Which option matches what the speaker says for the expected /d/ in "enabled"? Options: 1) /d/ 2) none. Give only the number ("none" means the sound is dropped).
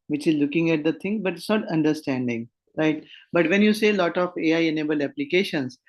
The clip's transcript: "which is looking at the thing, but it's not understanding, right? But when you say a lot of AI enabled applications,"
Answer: 2